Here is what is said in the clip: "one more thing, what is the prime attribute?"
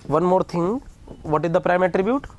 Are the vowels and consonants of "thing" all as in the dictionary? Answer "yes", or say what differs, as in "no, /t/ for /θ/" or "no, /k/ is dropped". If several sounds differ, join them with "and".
no, /t/ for /θ/